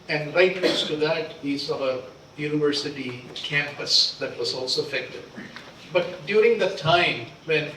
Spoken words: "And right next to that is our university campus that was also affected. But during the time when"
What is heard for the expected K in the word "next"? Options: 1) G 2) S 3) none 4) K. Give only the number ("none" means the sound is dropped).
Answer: 3